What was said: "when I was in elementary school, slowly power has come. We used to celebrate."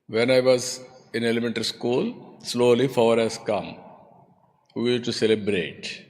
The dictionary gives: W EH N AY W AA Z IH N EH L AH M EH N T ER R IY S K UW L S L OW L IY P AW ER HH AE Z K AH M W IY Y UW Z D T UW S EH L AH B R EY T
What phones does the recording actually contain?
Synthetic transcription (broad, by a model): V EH N AY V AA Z IH N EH L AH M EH N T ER R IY S K UW L S L OW L IY F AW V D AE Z K AH M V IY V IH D T UW S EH L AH B R EY T